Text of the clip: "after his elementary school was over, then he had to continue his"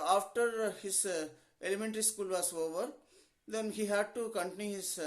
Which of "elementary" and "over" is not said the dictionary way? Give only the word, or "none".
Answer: none